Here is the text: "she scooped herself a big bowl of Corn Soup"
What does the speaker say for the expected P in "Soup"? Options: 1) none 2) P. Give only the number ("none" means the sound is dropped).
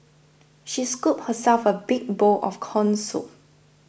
1